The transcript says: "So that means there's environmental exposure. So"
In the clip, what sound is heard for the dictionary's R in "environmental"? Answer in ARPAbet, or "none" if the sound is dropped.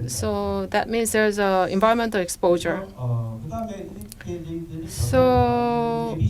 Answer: none